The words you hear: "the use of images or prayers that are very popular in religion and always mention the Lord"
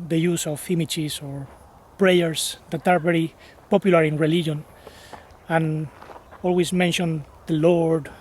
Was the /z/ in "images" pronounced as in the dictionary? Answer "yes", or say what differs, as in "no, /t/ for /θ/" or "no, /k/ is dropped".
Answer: no, /s/ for /z/